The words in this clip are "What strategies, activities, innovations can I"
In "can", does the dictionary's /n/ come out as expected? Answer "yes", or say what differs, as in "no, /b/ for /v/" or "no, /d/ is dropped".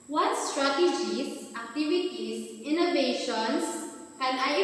no, /l/ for /n/